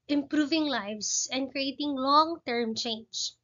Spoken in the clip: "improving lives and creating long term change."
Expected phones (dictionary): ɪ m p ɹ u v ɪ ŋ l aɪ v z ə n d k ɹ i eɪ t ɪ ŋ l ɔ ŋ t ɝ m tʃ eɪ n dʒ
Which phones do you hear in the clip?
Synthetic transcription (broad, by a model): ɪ m p ɹ u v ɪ ŋ l aɪ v s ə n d k ɹ i eɪ t ɪ ŋ l ɔ ŋ t ɝ m tʃ eɪ n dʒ